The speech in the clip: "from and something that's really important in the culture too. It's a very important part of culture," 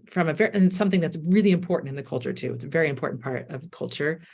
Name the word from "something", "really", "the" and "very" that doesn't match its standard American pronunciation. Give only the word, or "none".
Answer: none